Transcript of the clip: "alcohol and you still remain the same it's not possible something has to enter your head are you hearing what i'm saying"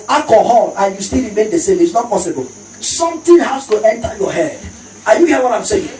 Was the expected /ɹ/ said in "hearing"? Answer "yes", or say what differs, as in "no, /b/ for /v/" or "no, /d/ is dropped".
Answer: no, /ɹ/ is dropped